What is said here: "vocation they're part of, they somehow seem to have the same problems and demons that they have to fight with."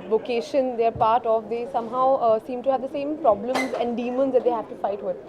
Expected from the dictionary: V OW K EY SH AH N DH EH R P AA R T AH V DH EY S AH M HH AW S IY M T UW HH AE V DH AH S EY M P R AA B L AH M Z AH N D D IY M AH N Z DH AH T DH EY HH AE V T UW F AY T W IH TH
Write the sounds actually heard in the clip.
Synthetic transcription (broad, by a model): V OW K EY SH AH N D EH R P AA R T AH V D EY S AH M HH AW S IY M T UW HH AE V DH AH S EY M P R AA B L AH M Z AH N D D IY M AH N Z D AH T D EY HH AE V T UW F AY T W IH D